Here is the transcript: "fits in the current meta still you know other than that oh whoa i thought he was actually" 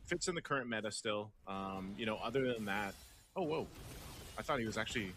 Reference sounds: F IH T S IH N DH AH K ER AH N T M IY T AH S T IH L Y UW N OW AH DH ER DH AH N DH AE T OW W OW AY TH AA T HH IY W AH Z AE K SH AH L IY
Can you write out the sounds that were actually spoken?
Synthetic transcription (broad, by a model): F IH T S IH N DH AH K ER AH N M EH T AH S T IH L Y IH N OW AH DH ER DH AH N DH AE T OW W OW AY TH AA T HH IY W AH Z AE K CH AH L IY